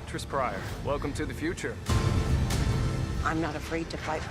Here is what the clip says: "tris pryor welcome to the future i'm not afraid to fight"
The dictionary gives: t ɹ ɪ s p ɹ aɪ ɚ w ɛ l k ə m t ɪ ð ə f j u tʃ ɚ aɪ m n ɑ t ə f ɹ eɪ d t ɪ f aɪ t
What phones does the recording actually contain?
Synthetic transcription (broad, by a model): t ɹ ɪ s p ɹ aɪ ɚ w ɛ l k ə m t ɪ ð ə f j u tʃ ɚ aɪ m n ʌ t ə f ɹ eɪ d t ɪ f aɪ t